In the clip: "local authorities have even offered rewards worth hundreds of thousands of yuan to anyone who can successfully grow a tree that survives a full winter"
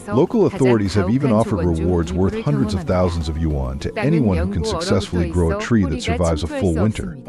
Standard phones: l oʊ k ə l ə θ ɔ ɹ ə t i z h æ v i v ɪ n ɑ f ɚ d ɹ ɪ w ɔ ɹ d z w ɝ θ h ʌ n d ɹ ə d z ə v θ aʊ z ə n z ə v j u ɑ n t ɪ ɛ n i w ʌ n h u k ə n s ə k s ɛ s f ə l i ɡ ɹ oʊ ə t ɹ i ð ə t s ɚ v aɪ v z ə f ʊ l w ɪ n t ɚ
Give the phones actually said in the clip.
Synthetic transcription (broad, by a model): l oʊ k l ə θ ɔ ɹ ə t i z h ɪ v i v ɪ n ɑ f ɚ d ɹ ɪ w ɔ ɹ d z w ɝ θ h ʌ n d ɹ ə d z ə v θ aʊ z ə n z ə v j u ɑ n t ɪ ɛ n i w ʌ n h u k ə n s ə k s ɛ s f l i ɡ ɹ oʊ ə t ɹ i ð ə t s ɚ v aɪ v z ə f ʊ l w ɪ n t ɚ